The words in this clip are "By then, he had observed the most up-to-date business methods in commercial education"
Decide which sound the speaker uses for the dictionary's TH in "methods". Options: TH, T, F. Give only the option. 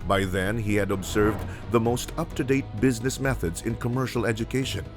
TH